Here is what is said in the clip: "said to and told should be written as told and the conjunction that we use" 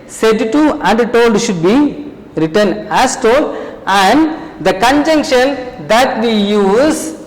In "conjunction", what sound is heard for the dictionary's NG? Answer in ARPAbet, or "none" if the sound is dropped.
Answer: NG